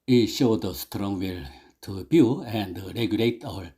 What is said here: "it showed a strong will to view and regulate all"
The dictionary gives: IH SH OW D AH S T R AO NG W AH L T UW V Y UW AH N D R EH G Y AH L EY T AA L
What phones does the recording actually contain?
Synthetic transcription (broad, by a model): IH SH OW D AH S T R AO NG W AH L T UW B Y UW AH N D R EH G Y AH L EY T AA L